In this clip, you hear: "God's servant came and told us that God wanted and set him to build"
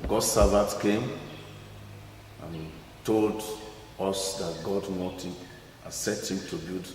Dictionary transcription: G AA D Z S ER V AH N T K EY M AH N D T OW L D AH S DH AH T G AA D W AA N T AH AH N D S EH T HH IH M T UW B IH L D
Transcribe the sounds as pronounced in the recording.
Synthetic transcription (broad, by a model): G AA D S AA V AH T K EY M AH N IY T OW L D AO S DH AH T G AA D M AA T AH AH S EH T HH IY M T UW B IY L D